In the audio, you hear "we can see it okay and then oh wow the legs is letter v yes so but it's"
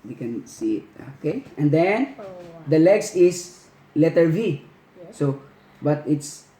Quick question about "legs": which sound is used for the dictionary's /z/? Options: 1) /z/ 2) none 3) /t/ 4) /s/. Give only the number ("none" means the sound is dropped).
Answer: 4